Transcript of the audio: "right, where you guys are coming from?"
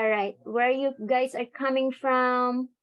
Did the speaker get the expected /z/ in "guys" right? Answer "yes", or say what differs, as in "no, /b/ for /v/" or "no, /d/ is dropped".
no, /s/ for /z/